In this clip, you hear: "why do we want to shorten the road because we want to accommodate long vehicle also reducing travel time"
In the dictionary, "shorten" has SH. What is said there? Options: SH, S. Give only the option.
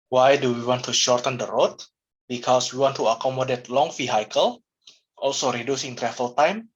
SH